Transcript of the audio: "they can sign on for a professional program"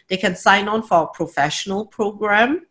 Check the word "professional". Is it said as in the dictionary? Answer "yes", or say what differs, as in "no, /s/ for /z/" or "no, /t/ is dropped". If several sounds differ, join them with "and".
yes